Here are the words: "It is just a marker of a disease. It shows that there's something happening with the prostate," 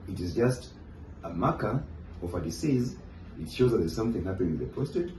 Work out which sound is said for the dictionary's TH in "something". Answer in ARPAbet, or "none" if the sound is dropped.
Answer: TH